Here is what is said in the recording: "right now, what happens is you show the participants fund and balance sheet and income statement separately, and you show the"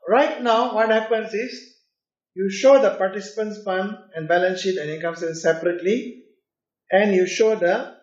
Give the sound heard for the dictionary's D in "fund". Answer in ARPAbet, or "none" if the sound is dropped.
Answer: none